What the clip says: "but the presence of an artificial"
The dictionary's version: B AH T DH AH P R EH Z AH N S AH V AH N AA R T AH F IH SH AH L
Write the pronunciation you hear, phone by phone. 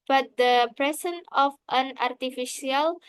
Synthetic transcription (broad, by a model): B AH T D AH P R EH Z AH N AH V AH N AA R T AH F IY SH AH L